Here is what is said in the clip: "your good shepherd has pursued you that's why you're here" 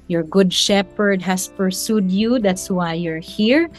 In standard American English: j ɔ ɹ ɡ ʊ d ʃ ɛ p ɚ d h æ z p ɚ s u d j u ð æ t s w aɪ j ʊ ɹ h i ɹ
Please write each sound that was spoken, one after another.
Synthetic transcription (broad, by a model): j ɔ ɹ ɡ ʊ d ʃ ɛ p ɚ d h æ s p ɚ s u d j u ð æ t s w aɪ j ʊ ɹ h i ɹ